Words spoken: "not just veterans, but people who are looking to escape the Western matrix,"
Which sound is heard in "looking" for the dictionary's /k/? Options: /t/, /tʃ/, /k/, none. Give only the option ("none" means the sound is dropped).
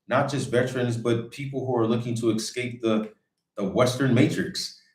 /k/